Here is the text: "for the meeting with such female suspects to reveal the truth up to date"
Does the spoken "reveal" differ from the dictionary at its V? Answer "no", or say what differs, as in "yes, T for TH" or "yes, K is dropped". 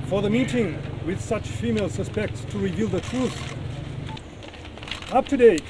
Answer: no